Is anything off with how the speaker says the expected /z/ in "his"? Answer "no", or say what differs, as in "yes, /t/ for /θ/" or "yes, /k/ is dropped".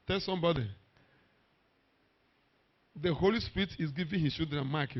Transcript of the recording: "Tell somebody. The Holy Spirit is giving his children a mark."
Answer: yes, /s/ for /z/